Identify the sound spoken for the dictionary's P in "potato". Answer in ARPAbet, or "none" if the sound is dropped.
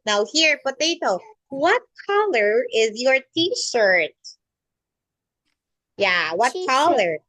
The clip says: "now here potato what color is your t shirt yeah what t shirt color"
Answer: B